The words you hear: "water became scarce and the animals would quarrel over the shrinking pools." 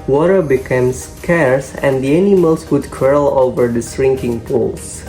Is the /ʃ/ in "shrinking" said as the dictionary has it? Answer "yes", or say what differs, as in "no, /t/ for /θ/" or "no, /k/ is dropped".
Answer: no, /s/ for /ʃ/